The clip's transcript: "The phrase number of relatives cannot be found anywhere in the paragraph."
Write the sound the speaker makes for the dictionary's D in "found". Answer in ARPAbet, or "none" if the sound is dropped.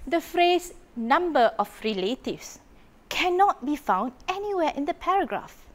D